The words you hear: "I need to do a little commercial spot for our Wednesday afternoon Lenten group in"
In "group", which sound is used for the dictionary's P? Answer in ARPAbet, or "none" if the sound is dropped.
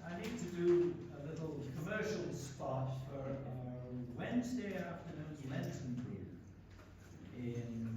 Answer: none